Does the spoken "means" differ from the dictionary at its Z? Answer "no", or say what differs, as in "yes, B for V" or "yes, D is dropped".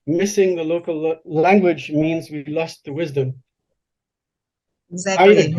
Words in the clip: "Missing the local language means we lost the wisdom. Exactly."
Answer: no